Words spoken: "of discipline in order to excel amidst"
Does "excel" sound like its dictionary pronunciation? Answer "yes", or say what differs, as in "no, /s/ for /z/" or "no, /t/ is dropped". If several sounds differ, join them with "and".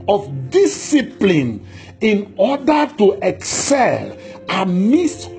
yes